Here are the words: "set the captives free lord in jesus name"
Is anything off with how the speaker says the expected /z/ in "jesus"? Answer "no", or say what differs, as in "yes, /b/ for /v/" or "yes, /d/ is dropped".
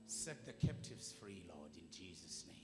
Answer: no